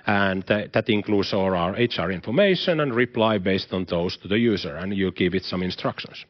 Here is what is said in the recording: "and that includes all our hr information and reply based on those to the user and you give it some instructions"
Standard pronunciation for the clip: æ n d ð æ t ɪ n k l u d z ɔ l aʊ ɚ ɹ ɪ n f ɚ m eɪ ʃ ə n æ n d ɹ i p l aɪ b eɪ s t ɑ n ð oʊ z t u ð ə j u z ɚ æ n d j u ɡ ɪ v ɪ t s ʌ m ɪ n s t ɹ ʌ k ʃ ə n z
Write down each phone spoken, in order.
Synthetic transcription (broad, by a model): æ n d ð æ t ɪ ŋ k l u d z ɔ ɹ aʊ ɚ ɹ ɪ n f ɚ m eɪ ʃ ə n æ n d ɹ i p l aɪ b eɪ s t ɑ n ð oʊ s t u ð ə j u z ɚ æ n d j u ɡ ɪ v ɪ t s ʌ m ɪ n s t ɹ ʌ k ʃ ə n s